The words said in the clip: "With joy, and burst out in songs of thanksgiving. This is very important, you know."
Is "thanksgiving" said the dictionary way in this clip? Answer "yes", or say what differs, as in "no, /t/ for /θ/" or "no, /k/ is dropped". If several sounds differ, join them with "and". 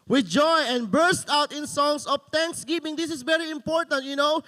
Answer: no, /t/ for /θ/